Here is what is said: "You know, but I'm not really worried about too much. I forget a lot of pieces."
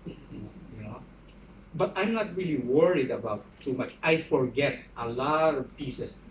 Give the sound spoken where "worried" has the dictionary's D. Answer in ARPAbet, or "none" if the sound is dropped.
D